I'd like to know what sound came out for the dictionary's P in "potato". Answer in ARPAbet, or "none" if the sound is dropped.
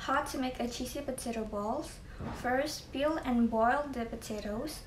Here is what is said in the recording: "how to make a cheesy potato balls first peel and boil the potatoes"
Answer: P